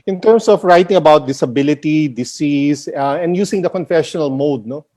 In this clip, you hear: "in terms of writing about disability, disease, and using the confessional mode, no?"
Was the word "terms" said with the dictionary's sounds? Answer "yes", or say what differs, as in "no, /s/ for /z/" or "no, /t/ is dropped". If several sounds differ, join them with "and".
no, /s/ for /z/